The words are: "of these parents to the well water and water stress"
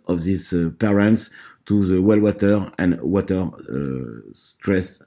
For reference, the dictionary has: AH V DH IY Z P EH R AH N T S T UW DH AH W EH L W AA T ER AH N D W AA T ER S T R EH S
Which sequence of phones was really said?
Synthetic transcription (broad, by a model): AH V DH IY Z P EH R AH N T S T UW DH AH W EH L W AA T ER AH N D W AA T ER S T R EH S